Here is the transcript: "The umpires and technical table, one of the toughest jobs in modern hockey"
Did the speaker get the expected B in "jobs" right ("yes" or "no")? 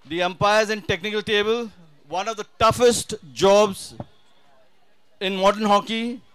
yes